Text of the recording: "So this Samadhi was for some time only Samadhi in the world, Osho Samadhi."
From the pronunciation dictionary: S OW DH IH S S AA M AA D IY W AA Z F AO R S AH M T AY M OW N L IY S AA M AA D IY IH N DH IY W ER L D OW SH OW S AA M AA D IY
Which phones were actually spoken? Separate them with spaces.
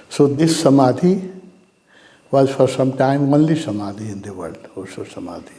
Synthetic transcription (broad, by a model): S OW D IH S S AA M AA D IY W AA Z F AO R S AH M T AY M OW N L IY S AA M AA D IY IH N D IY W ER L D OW S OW S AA M AA D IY